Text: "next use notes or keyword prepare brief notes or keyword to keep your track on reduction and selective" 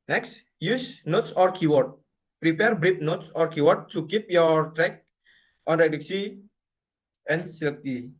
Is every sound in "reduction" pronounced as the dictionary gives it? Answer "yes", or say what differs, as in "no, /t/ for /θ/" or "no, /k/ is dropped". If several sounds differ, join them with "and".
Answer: no, /s/ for /ʃ/ and /n/ is dropped